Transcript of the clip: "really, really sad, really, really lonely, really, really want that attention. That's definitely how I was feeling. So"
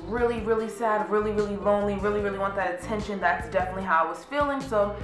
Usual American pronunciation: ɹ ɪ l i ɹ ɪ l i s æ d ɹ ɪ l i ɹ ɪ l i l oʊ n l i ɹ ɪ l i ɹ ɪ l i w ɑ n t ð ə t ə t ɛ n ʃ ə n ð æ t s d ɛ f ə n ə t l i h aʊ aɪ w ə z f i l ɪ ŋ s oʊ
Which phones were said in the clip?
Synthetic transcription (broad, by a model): ɹ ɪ l i ɹ ɪ l i s æ d ɹ ɪ l i ɹ ɪ l i l oʊ n l i ɹ ɪ l i ɹ ɪ l i w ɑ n ð ə t ə t ɛ n ʃ ə n ð æ t s d ɛ f ə n ə t l i h aʊ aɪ w ə z f i l ɪ ŋ s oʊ